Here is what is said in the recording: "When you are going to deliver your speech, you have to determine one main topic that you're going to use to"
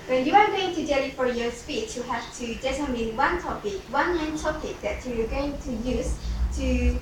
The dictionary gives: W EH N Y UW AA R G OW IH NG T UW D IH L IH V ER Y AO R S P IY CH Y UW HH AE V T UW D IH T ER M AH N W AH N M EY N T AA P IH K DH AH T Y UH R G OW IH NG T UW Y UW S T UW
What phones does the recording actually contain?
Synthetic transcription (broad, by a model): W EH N Y UW AA R G OW IH NG T UW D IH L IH F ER Y AO R S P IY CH Y UW HH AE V T UW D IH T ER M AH N W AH N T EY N T AA P IH K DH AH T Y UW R G OW IH NG T UW Y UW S T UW